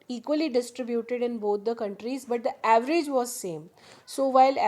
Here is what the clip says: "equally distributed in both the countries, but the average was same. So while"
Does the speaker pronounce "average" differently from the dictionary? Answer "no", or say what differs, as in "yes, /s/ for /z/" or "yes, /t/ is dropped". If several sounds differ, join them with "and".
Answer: no